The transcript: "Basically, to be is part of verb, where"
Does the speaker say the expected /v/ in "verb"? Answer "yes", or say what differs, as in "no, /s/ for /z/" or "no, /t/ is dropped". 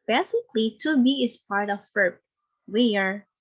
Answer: no, /f/ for /v/